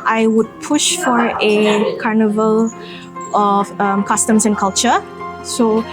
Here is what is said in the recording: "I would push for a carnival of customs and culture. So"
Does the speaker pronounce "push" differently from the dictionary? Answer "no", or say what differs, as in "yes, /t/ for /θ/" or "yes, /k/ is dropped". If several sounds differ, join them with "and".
no